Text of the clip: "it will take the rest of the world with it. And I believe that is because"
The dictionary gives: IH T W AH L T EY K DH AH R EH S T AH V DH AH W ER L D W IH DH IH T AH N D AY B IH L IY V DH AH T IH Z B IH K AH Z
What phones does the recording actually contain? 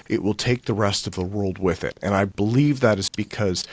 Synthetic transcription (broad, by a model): IH T W AH L T EY K DH AH R EH S T AH V DH AH W ER L D W IH DH IH T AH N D AY B IH L IY V DH AH T IH Z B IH K AH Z